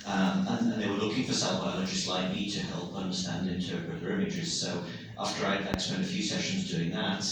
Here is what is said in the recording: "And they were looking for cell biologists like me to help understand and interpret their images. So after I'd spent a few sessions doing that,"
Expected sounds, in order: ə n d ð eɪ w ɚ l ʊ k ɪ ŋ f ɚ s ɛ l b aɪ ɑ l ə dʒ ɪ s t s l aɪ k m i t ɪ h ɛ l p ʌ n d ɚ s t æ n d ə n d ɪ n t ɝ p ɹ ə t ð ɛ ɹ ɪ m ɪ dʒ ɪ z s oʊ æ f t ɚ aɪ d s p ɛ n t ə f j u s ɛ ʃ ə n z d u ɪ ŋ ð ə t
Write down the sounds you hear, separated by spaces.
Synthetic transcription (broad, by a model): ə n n ð eɪ w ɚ l ʊ k ɪ ŋ f ɚ s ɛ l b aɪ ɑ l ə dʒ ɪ s t l aɪ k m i t ɪ h ɛ l p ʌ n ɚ s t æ ə n d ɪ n t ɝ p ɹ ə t ɹ ɪ m ɪ dʒ ɪ z s oʊ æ f t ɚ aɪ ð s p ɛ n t ə f j u s ɛ ʃ ə n z d u ɪ ŋ ð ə t